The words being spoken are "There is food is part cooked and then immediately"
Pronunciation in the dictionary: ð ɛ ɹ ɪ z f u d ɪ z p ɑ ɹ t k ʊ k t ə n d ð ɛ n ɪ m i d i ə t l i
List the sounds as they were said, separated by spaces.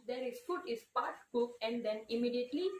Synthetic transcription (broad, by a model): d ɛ ɹ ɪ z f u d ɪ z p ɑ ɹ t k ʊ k ə n d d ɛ n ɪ m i d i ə t l i